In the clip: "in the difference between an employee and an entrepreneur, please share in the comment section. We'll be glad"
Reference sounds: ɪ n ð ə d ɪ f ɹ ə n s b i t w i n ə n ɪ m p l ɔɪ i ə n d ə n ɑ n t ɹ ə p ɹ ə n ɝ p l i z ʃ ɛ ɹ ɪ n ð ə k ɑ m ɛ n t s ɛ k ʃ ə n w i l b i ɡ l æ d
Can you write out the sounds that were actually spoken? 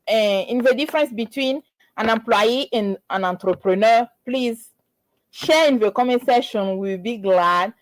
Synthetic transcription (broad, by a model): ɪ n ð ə d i f ɹ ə n s b i t w i n ə n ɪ m p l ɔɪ i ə n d ə n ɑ n t ɹ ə p ɹ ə n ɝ p l i z ʃ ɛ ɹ ɪ n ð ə k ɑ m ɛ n s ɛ ʃ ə n w i l b i ɡ l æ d